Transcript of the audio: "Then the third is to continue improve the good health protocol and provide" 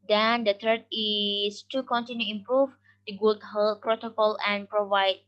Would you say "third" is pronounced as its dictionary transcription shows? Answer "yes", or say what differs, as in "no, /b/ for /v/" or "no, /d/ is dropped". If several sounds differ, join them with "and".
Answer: no, /t/ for /θ/